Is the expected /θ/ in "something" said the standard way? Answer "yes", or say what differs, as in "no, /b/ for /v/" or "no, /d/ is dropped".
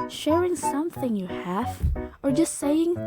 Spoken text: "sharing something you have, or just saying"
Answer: yes